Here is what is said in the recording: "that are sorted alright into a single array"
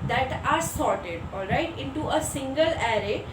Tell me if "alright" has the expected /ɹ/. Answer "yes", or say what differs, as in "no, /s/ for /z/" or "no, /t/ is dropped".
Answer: yes